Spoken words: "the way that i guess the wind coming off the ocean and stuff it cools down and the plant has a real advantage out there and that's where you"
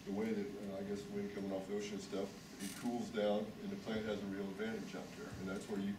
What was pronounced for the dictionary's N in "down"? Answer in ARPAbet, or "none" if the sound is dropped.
N